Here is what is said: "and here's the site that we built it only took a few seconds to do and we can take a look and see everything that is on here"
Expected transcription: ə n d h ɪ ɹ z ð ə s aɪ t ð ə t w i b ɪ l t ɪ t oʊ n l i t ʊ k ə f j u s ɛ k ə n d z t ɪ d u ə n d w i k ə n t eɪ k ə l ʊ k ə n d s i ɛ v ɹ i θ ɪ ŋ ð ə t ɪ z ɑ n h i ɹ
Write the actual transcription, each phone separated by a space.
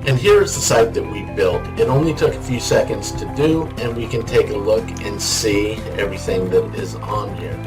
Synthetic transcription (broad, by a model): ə n h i ɹ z ð ə s aɪ t ð ə t w i b ɪ l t ɪ t oʊ n l i t ʊ k ə f j u s ɛ k ə n d z t ɪ d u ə n w i k ə n t eɪ k ə l ʊ k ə n s i ɛ v ɹ i θ ɪ ŋ ð ə t ɪ z n h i ɹ